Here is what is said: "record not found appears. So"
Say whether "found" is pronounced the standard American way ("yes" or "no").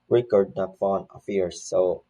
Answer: no